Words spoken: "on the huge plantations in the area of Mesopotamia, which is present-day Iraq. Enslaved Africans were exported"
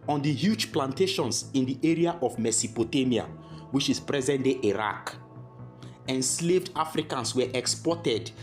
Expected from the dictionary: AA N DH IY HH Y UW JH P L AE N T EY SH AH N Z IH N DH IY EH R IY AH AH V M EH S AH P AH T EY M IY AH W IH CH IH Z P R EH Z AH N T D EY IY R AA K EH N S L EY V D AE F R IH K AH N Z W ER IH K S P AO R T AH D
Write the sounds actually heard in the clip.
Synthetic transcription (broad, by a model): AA N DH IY HH Y UW JH P L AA N T EY SH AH N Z IH N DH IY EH R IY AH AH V M EH S AH P AH T EY M IY AH W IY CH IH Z P R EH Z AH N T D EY IY R AA K EH N S L EY V D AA F R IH K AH N S W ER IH K S P AO T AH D